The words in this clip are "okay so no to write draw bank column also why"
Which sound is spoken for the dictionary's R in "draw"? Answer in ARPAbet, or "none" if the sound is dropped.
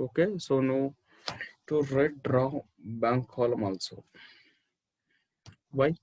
R